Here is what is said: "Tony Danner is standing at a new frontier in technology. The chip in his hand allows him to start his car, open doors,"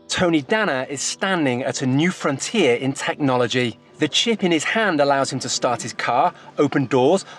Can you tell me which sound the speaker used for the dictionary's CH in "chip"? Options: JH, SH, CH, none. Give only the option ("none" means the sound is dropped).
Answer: CH